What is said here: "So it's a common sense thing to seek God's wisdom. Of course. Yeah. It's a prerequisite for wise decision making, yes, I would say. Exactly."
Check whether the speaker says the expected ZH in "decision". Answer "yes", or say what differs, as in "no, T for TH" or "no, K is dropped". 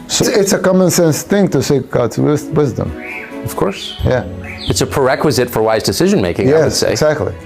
yes